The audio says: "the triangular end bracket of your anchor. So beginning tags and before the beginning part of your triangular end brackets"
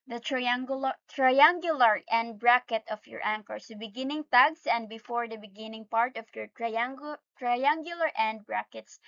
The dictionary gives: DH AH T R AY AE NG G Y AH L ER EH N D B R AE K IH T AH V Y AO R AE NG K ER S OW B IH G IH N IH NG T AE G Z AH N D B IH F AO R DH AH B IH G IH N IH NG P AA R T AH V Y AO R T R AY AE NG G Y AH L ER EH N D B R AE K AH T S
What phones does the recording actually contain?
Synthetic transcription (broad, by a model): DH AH T R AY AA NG G Y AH L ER EH N D B R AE K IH T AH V Y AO R AE NG K ER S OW B IH G IH N IH NG T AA G S AH N D B IH F AO R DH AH B IH G IH N IH NG P AA R T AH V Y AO R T R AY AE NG G Y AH L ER EH N D B R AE K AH T S